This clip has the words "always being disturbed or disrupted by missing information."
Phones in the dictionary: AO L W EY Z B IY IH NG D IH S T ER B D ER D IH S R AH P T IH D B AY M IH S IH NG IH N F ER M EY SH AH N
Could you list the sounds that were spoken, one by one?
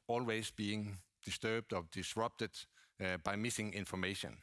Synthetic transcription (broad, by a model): AO L W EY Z B IY IH NG D IH S T ER B D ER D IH S R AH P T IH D B AY M IH S IH NG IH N F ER M EY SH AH N